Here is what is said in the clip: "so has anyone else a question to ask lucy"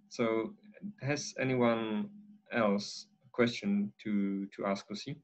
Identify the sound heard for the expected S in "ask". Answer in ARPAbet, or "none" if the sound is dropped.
S